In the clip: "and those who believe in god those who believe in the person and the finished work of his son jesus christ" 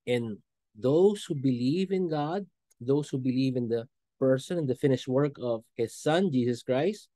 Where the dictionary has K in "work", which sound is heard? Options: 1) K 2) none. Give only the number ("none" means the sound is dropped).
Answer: 1